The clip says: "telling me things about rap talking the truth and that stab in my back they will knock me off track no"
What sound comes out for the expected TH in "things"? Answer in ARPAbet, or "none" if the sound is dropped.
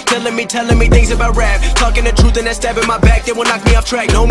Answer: TH